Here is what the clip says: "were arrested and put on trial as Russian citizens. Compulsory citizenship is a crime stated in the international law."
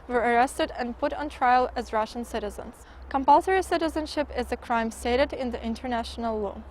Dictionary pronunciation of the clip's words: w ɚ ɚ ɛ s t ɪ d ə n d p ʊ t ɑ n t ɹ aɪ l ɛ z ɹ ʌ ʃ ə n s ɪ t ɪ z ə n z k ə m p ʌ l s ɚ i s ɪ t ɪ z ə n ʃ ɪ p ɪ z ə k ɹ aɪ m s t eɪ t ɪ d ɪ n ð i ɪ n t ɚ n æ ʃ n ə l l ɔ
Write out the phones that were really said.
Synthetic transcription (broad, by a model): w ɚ ɚ ɛ s t ɪ d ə n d p ʊ t n t ɹ aɪ l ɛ z ɹ ʌ ʃ ə n s ɪ t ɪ z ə n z k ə m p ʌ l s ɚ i s ɪ t ɪ z ə n ʃ ɪ p ɪ z ə k ɹ aɪ m s t eɪ t ɪ d ɪ n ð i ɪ n t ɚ n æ ʃ n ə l l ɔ